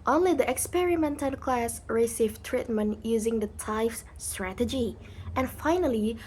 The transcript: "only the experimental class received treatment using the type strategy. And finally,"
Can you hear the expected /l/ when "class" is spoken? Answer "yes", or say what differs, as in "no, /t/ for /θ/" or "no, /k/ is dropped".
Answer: yes